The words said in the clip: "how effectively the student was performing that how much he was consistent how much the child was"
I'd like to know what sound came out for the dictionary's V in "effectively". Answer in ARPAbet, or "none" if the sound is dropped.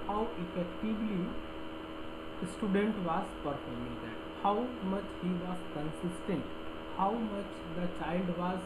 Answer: B